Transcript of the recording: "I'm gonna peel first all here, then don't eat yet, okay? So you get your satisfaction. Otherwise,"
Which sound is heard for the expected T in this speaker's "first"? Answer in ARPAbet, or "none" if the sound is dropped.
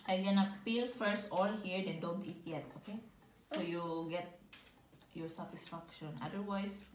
T